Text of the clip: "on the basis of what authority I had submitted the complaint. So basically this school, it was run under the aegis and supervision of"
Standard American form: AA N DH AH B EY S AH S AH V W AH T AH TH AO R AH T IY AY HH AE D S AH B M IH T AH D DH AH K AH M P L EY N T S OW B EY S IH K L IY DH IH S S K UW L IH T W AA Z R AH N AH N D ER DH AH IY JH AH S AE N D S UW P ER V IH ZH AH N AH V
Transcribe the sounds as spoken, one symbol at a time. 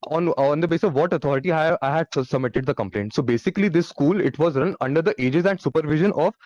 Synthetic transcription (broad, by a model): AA N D AH B EY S S AH V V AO T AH T AO R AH T IY AY HH AE D S AH B M IH T AH D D AH K AH M P L EY N T S OW B EY S IH K L IY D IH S S K UW L IH T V AA Z R AH N AH N D ER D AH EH JH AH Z AE N D S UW P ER V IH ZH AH N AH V